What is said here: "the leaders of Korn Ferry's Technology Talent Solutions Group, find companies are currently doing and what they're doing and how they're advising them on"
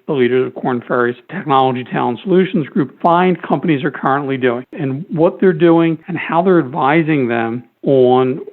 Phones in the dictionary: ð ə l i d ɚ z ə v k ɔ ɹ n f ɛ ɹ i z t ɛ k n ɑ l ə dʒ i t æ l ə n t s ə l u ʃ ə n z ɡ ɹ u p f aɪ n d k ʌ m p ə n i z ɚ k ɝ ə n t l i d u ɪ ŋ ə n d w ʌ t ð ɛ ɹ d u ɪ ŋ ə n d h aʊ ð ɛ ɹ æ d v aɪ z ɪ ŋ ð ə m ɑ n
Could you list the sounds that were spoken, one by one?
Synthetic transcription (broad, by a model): ð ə l i d ɚ z ə v k ɔ ɹ n f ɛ ɹ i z t ɛ k n ɑ l ə dʒ i t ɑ ə n s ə l u ʃ n z ɡ ɹ u p f aɪ n d k ʌ m p ə n i z ɚ k ɝ ə n t l i d u ɪ ŋ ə n w ʌ t ð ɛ ɹ d u ɪ ŋ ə n h aʊ ð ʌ ɹ æ d v aɪ z ɪ ŋ ð ə m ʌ n